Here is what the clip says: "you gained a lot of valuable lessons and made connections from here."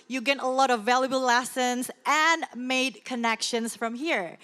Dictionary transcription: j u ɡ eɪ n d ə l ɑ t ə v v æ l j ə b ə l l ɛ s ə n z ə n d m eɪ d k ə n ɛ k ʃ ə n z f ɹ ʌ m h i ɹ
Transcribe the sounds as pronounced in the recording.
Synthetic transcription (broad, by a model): j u ɡ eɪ d ə l ɑ t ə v v æ l j ə b ə l l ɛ s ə n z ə n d m eɪ d k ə n ɛ k ʃ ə n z f ɹ ʌ m h i ɹ